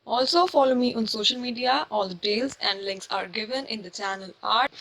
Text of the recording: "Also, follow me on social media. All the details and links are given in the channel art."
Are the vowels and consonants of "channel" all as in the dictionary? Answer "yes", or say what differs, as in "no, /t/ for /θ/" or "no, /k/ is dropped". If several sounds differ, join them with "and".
yes